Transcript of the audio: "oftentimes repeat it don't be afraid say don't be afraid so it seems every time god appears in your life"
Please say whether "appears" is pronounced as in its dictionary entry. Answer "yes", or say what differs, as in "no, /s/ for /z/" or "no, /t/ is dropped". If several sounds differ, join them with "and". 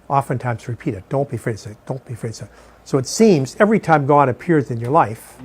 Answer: yes